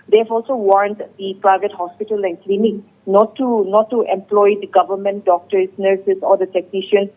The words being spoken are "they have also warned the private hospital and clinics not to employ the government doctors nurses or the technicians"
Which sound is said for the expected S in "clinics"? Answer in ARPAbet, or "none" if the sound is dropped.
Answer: none